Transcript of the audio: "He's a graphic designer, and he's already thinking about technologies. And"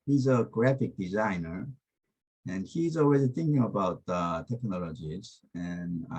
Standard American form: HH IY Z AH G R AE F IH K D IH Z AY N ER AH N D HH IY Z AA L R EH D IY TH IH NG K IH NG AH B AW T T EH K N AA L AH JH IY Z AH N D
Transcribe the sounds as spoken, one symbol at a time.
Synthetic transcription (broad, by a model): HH IY Z AH G R AE F IH K D IH Z AY N ER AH N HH IY Z AA L W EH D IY TH IH NG K IH NG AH B AW T T EH K N AA L AH JH IY Z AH N